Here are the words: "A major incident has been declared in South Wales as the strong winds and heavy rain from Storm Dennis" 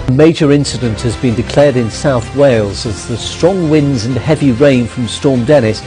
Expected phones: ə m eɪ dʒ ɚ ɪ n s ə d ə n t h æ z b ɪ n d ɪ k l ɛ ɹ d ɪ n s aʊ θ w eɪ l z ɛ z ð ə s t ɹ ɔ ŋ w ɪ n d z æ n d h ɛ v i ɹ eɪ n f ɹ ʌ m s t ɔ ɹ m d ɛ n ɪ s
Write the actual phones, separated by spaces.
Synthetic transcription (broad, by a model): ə m eɪ dʒ ɚ ɪ n s ə d ə n t h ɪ z b ɪ n d ɪ k l ɛ ɹ d ɪ n s aʊ θ w eɪ l z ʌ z ð ə s t ɹ ɔ ŋ w ɪ n d z n h ɛ v i ɹ eɪ n f ɹ ʌ m s t ɔ ɹ m d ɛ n ɪ s